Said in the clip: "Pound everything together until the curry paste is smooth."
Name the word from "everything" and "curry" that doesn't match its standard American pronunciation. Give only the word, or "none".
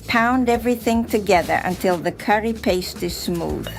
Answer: none